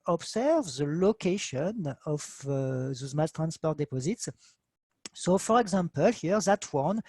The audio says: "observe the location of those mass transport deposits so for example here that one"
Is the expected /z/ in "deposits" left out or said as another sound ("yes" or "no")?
no